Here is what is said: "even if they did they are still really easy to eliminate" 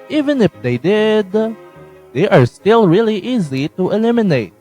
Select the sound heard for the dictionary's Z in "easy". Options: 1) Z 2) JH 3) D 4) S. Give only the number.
1